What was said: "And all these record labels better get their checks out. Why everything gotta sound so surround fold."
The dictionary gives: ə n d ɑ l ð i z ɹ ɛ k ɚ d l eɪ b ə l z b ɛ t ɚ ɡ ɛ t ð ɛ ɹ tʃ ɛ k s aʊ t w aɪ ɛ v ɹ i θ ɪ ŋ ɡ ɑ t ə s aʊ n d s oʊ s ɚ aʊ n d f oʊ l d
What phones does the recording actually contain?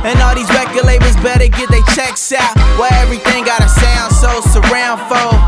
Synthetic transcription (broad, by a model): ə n ɑ l ð i z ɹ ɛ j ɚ l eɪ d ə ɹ z b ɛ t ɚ ɡ ɛ t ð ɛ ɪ tʃ ɛ k s aʊ t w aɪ ɛ v ɹ i θ ɪ ŋ ɡ ɑ t ə s aʊ n d s oʊ s ɚ aʊ n d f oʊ